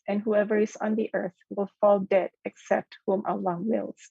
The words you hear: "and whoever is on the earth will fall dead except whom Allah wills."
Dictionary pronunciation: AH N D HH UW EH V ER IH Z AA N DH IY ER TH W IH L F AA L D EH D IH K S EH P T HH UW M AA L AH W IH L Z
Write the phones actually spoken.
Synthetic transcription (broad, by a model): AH N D HH UW EH V ER IH Z N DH IY ER TH W IH L F AA L D EH D IH K S EH P T HH UW M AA L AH W IH L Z